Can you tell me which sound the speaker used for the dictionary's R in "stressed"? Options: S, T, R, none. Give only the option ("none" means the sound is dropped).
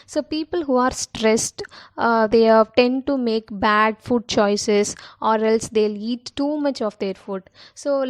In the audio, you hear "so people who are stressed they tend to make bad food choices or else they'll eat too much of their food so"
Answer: R